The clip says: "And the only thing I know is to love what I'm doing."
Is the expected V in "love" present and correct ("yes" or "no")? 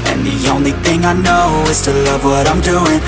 yes